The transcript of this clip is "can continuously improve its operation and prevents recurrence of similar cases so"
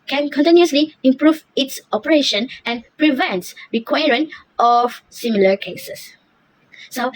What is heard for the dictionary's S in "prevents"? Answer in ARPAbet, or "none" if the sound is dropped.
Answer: none